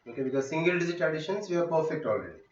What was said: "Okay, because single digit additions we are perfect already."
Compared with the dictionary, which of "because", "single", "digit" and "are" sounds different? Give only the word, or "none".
digit